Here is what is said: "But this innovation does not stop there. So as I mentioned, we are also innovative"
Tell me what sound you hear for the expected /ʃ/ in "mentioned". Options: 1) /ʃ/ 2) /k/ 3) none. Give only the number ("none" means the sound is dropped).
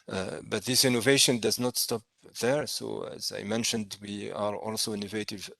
1